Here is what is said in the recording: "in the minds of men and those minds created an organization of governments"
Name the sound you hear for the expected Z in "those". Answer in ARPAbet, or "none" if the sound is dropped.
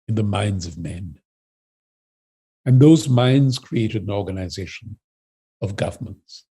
Z